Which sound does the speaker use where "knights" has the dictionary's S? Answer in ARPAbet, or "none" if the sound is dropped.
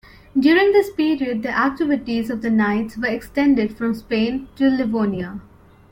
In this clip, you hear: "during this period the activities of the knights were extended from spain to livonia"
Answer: S